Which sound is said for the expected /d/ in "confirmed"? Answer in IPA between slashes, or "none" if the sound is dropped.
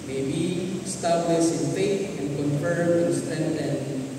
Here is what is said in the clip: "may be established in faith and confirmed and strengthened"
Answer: none